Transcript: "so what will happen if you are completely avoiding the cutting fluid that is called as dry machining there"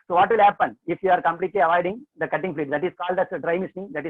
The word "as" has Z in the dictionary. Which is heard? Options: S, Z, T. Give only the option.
S